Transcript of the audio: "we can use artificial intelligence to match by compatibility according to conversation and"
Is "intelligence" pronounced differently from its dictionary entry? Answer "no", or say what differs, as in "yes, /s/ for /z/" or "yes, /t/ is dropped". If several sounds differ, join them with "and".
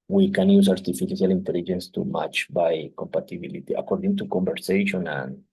no